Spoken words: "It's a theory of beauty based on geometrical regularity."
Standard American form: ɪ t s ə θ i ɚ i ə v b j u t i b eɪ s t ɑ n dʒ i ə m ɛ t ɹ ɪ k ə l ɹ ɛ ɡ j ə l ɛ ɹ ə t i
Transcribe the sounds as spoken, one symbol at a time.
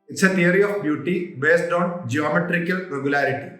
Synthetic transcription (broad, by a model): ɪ t s ə t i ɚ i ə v b j u t i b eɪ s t ɑ n dʒ i ə m ɛ t ɹ ɪ k ə l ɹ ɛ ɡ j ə l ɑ ɹ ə t i